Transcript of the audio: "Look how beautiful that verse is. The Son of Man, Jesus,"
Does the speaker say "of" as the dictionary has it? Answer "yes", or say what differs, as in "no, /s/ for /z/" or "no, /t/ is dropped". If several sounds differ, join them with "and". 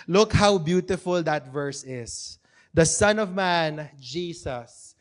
yes